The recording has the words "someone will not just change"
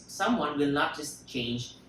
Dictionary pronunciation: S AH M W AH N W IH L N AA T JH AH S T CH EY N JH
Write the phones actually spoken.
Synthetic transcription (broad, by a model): S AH M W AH N W IH L N AA T JH AH S T CH EY N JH